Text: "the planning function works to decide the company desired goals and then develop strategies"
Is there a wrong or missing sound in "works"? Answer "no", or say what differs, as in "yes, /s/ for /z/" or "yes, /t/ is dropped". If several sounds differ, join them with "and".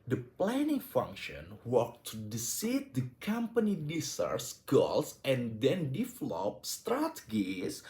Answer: yes, /s/ is dropped